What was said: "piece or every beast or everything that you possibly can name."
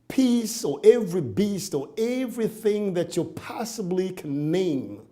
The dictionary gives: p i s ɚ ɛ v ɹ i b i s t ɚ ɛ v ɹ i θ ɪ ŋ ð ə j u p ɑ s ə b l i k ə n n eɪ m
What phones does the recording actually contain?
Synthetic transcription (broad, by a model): p i s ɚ ɛ v ɹ i b i s t ɚ ɛ v ɹ i θ ɪ ŋ ð ə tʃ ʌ p ɑ s ə b l i k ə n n eɪ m